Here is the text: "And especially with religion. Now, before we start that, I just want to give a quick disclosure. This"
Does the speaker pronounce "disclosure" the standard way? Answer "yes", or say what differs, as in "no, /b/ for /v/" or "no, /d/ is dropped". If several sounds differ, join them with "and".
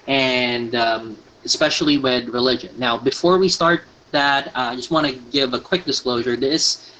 yes